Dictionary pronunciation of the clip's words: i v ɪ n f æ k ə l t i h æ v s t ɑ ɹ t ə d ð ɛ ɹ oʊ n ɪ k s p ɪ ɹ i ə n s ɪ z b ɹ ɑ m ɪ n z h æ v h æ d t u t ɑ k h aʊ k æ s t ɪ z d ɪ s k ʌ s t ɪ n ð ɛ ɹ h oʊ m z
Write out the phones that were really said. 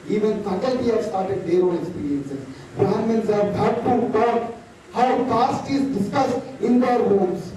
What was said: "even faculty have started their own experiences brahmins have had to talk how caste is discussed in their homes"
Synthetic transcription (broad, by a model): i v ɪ n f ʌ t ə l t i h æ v s t ɑ ɹ t ə d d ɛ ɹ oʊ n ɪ k s p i ɹ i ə n s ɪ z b ɑ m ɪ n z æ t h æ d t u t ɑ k h aʊ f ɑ s t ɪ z d ɪ s k ʌ s t ɪ n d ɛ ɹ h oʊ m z